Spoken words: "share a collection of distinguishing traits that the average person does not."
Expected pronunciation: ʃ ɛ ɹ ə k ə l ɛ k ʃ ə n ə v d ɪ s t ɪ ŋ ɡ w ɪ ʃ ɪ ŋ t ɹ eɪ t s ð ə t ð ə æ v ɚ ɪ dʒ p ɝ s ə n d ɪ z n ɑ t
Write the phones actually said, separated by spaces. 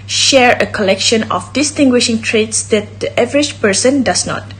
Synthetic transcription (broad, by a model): ʃ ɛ ɹ ə k ə l ɛ k ʃ ə n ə f d ɪ s t ɪ ŋ ɡ w ɪ ʃ ɪ ŋ t ɹ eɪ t s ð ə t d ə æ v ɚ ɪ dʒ p ɝ s ə n d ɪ s n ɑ t